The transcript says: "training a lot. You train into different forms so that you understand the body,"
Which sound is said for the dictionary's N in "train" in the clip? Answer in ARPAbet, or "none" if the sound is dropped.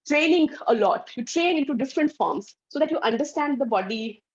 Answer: none